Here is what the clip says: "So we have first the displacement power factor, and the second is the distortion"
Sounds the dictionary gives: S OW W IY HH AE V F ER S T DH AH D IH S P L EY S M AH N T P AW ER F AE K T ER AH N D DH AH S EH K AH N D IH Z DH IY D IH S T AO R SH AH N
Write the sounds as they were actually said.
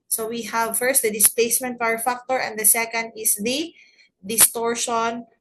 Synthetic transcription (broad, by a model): S OW W IY HH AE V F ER S T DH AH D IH S P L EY S M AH N T F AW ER F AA K T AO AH N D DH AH S EH K AH N D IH S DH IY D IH S T AO R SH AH N